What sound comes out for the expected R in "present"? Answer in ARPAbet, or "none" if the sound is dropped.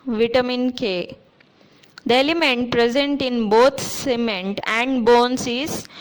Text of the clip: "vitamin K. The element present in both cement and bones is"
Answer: R